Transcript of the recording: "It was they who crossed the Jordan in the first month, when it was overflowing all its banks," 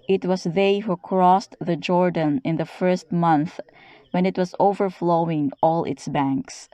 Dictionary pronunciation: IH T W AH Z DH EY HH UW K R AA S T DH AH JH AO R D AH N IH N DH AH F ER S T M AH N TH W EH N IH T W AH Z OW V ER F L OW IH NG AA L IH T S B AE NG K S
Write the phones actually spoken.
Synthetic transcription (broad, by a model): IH T W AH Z DH EY HH UW K R AA S T DH AH JH AO R D AH N IH N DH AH F ER S T M AH N TH W EH N IH T W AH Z OW V ER F L OW IH NG AA L IH T S B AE NG K S